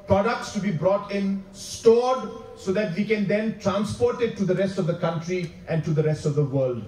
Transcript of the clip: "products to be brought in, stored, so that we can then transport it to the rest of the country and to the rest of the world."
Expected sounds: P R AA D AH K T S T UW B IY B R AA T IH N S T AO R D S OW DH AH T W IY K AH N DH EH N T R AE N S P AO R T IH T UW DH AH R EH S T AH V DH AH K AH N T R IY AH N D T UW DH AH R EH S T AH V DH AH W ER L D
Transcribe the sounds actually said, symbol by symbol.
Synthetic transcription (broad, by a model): P R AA D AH K T S T UW B IY B R AA T IH N S T AO D S OW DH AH T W IY K AH N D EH N T R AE N S P AO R T IH T UW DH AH R EH S T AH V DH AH K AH N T R IY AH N T UW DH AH R EH S T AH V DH AH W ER L D